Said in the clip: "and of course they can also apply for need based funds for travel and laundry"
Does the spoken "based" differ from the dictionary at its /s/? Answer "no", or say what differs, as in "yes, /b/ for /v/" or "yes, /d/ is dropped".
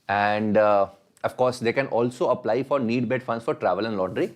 yes, /s/ is dropped